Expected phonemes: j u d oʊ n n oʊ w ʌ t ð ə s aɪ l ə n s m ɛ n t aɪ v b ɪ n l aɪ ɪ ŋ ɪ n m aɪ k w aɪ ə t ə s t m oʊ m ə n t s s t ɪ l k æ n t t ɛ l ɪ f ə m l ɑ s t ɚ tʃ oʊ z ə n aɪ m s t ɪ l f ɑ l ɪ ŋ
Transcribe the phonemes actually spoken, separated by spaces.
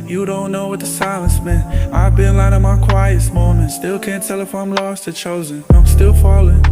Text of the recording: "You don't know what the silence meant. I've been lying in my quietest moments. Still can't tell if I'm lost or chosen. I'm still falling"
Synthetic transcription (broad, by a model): j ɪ d oʊ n n oʊ w ʌ t ð ə s aɪ l ə n s m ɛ n aɪ v b ɪ n l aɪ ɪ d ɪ m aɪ k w aɪ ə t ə s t m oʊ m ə n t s s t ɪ l k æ n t t ɛ l ɪ f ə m l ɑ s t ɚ tʃ oʊ z ə n aɪ m s t ɪ l f ɑ l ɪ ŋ